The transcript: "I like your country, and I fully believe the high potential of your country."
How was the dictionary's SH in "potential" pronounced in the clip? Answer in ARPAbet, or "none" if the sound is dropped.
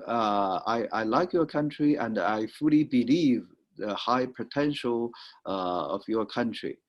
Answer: SH